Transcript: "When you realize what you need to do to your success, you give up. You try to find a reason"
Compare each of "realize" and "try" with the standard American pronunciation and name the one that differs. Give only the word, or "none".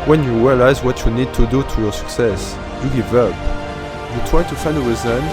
none